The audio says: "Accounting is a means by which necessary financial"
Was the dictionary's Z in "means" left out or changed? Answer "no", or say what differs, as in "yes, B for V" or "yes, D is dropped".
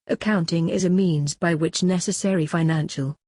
no